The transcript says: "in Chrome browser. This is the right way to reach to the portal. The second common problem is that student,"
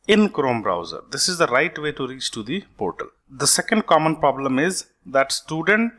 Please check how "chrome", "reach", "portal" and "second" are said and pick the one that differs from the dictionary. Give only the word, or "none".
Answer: none